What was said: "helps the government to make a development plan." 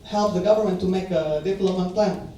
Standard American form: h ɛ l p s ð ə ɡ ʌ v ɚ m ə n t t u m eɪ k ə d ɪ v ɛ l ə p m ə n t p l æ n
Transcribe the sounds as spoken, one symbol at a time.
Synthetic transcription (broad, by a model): h ɛ l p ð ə ɡ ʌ v ɚ m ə n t t u m eɪ k ə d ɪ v l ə m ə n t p l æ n